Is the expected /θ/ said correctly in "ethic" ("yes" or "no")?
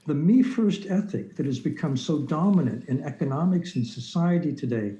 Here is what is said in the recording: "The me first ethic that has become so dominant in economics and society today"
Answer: yes